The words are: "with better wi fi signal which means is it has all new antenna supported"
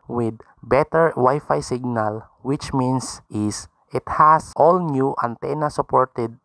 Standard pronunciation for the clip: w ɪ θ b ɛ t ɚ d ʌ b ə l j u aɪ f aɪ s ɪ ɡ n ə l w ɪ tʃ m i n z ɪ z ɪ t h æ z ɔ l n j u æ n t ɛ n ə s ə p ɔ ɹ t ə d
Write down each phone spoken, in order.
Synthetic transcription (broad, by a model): w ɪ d b ɛ t ɚ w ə j f aɪ s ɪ ɡ n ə l w ɪ tʃ m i n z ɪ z ɪ t h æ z ɔ l n j u æ n t ɛ n ə s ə p ɔ ɹ t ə d